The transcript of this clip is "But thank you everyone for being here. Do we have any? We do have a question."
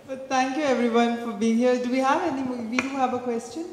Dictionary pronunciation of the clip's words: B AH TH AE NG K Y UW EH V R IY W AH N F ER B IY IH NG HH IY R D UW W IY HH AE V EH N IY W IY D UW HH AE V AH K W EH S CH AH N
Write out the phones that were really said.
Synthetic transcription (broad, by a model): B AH T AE NG K Y UW EH V R IY W AH N F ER B IY IH NG HH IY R D UW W IY HH AE V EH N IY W IY D UW HH AE V AH K W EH S CH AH N